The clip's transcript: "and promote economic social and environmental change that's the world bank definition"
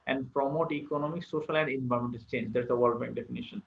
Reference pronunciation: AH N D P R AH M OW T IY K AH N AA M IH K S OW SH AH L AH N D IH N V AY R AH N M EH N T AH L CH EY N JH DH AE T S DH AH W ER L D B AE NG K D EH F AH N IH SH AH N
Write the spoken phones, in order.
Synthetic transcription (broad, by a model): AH N D P R AH M OW T IY K AH N AA M IH K S OW SH AH L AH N D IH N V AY AH M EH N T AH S CH EY N JH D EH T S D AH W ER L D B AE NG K D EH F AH N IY SH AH N